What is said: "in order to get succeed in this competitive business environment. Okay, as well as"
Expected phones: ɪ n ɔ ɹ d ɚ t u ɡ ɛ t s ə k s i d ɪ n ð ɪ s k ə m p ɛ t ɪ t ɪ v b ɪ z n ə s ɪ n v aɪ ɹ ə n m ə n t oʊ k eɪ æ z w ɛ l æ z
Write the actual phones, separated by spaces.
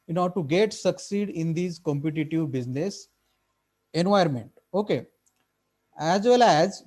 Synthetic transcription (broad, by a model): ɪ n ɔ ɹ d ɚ t u ɡ ɛ t s ə k s i d ɪ n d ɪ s k ə m p ɛ t ɪ t ɪ v b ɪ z n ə s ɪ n v aɪ ə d m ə n t oʊ k eɪ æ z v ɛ l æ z